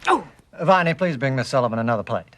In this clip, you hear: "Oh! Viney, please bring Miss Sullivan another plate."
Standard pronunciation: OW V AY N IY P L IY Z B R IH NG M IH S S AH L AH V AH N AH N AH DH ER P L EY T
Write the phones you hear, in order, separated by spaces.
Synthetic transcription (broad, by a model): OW V AY N IY P L IY Z B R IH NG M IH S S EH L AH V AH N AH N AH DH ER P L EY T